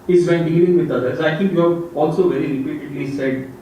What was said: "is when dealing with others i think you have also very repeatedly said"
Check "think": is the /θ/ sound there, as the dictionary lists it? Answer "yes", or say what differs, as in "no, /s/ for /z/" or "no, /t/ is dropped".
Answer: no, /t/ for /θ/